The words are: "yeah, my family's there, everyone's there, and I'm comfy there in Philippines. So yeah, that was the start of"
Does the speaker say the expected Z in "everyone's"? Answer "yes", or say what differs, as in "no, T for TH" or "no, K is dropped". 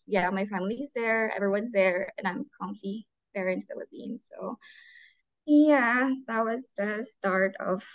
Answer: yes